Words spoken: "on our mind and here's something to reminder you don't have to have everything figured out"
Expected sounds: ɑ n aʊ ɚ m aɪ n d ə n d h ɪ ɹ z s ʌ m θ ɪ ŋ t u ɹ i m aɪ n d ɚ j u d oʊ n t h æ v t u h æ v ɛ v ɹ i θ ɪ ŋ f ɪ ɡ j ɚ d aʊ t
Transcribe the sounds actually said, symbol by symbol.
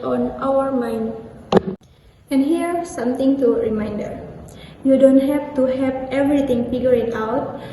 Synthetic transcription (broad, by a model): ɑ n aʊ ɚ m aɪ n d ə n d h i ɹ s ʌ m t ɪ ŋ t u ɹ i m aɪ n d ɚ j u d oʊ n t h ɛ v t u h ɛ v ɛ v ɹ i t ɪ ŋ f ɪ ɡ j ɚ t aʊ t